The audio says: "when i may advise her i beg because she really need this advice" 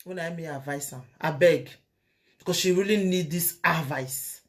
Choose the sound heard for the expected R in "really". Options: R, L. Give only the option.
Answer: R